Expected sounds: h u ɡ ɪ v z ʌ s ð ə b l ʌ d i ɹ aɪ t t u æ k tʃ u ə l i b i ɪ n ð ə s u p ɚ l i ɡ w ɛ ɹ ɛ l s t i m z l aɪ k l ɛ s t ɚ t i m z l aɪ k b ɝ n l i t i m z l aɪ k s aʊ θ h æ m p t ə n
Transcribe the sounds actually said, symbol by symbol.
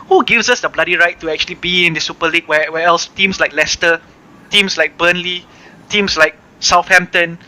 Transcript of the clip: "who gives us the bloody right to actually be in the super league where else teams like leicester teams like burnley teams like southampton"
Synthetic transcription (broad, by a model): h u ɡ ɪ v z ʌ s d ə b l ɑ d i ɹ aɪ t t u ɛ k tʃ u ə l i b i ɪ n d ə s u p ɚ l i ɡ w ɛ w ɛ l s t i m s l aɪ k l ɛ s t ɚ t i m s l aɪ k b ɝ n l i t i m s l aɪ k s aʊ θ h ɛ m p t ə n